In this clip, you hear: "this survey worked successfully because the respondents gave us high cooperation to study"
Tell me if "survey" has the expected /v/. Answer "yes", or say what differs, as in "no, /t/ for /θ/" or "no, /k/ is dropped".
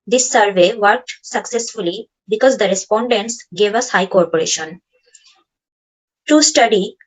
yes